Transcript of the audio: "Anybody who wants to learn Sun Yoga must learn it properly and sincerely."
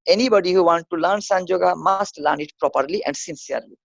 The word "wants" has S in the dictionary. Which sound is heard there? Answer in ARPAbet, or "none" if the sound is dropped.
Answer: none